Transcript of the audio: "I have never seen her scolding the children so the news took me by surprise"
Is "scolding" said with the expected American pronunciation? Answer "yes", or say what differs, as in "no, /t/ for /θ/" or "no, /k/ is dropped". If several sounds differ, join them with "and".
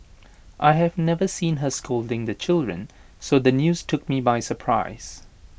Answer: yes